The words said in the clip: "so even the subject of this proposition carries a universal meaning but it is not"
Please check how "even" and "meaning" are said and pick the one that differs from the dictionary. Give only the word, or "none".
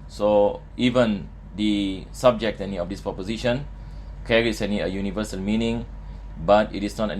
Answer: none